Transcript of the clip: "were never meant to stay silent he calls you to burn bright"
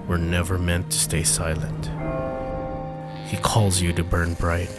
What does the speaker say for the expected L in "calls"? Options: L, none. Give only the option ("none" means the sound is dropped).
L